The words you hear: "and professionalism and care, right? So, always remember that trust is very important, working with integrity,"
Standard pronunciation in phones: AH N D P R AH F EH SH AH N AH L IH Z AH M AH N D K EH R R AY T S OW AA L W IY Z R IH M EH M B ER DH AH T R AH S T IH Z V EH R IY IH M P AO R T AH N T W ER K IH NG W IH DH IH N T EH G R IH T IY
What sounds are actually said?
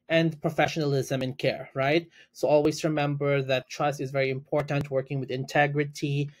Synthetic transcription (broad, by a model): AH N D P R AH F EH SH AH N AH L IH Z AH M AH N K EH R R AY T S OW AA L W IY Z R IH M EH M B ER DH AH T R AH S T IH Z V EH R IY IH M P AO R T AH N T W ER K IH NG W IH DH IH N T EH G R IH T IY